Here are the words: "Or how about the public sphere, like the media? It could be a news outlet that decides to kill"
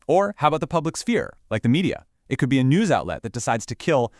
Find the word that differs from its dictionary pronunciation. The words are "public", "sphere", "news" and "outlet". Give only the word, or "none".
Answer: none